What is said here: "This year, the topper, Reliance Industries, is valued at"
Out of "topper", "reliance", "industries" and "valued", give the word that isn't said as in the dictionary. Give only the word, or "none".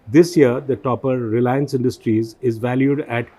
none